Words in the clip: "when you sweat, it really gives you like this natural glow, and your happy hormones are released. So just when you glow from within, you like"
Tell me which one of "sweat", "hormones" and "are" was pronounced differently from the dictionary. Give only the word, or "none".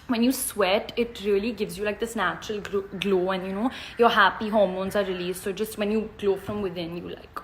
none